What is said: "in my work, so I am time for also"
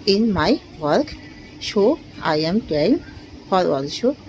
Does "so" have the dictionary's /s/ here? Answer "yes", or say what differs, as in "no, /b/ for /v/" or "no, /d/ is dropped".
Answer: no, /ʃ/ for /s/